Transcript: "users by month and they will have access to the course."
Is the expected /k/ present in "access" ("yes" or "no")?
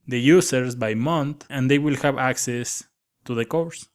yes